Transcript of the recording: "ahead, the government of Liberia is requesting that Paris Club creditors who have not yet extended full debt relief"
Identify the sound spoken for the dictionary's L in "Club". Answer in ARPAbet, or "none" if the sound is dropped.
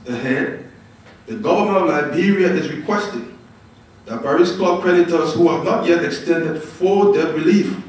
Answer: none